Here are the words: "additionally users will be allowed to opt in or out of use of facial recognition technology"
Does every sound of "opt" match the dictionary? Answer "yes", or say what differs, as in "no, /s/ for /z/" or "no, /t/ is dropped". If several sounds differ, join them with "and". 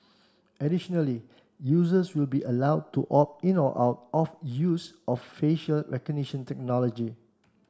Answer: no, /t/ is dropped